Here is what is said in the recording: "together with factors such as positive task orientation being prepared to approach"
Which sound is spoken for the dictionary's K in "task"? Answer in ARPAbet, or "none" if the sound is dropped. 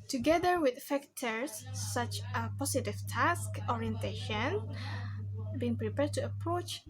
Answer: K